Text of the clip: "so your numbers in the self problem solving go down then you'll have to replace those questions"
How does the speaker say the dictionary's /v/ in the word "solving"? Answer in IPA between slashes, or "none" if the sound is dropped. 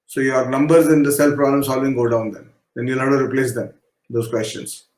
/v/